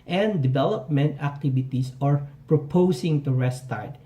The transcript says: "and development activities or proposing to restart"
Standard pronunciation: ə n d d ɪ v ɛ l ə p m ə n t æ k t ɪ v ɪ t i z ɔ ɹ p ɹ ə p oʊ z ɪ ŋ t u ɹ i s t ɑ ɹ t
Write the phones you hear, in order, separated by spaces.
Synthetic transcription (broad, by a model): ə n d d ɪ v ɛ l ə p m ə n t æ k t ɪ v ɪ t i s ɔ ɹ p ɹ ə p oʊ s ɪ ŋ t u ɹ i s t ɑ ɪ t